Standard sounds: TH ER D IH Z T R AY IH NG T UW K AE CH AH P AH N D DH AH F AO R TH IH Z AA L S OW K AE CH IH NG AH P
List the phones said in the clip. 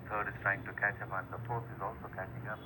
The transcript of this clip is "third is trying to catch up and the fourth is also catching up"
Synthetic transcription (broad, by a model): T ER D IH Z T R AY IH NG T UW K AE CH AH P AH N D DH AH P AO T IH Z AA L S OW K AE CH IH NG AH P